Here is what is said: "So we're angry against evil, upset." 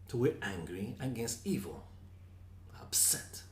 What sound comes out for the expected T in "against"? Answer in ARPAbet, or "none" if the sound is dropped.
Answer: T